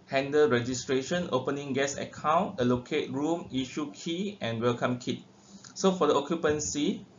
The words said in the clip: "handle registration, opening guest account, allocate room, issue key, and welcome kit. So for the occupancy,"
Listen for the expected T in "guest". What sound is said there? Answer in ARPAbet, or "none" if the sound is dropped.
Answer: none